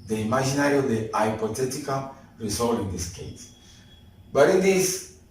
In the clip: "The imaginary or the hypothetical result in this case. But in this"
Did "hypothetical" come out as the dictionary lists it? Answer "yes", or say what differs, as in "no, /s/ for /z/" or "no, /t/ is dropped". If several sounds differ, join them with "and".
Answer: no, /t/ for /θ/